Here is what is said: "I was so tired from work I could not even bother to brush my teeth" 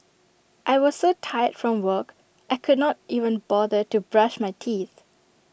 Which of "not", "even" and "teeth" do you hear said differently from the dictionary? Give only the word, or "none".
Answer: none